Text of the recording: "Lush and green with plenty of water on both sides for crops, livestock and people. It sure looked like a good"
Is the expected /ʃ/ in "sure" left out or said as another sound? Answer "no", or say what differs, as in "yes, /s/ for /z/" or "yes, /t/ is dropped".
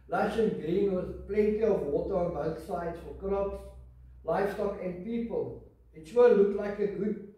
yes, /s/ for /ʃ/